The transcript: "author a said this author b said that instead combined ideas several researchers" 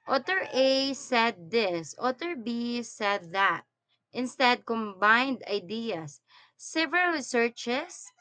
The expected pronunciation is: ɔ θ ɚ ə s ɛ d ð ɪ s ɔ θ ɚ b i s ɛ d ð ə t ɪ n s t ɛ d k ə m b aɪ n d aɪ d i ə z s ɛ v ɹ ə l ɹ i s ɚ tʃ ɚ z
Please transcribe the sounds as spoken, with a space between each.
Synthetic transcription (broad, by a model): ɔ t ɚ ə s ɛ d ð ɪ s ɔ t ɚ b i s ɛ d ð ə t ɪ n s t ɛ d k ə m b aɪ n d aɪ d i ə s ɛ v ə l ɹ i s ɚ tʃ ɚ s